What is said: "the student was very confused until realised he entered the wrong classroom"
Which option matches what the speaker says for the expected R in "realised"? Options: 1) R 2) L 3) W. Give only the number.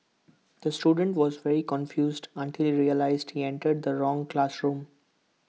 1